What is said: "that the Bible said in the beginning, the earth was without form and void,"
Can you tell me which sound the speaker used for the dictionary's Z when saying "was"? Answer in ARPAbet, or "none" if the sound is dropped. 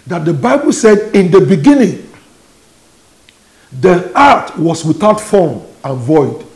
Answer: S